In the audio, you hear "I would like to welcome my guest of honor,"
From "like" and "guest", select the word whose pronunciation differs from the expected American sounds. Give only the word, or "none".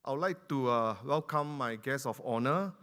guest